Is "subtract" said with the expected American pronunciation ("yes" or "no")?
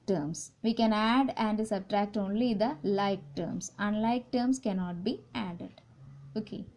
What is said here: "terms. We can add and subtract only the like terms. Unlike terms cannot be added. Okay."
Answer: yes